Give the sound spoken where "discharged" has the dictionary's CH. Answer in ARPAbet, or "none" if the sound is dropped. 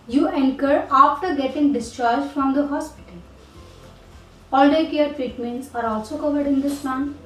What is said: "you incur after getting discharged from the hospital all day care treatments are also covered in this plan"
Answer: CH